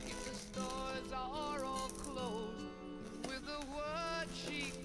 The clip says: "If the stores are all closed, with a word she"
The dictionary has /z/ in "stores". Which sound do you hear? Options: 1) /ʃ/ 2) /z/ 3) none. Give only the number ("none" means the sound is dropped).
2